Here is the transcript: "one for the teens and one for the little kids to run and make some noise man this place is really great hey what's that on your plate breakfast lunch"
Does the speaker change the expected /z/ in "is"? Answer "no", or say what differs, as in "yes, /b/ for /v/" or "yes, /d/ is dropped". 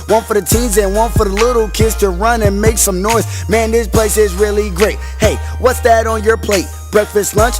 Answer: no